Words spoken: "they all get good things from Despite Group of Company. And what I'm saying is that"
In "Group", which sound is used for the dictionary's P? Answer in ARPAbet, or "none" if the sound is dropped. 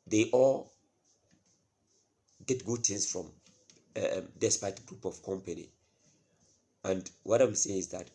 P